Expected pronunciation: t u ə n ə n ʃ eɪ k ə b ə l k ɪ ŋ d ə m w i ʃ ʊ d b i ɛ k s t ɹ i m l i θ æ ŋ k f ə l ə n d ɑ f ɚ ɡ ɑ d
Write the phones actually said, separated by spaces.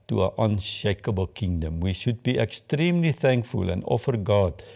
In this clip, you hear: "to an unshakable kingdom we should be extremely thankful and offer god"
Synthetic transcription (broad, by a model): t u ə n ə n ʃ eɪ k ə b ə l k ɪ ŋ d ə m w i ʃ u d b i ɛ k s t ɹ i m l i θ æ ŋ k f ə l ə n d ɑ f ɚ ɡ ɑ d